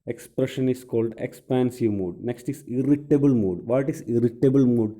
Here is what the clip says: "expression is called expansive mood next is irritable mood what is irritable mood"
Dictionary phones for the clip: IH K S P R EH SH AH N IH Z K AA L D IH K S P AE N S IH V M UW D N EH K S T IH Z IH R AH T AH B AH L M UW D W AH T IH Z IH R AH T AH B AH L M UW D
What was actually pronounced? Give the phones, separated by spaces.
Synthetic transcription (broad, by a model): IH K S P R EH SH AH N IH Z K AA L D IH K S P AE N S IH V M UW D N EH K S T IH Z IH R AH T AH B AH L M UW D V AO T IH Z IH R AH T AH B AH L M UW D